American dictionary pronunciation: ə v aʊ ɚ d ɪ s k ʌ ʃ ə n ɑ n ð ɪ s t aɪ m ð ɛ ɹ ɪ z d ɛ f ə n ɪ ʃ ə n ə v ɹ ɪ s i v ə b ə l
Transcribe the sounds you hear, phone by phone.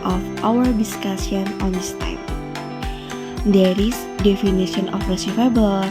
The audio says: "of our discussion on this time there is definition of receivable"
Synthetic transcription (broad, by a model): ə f aʊ ɚ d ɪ s k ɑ s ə n ɑ n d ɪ s t aɪ m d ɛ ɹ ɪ s d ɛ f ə n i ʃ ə n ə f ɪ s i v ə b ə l